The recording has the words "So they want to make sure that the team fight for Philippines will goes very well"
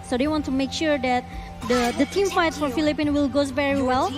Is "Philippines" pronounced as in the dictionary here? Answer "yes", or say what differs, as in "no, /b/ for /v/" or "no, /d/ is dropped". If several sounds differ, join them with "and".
no, /z/ is dropped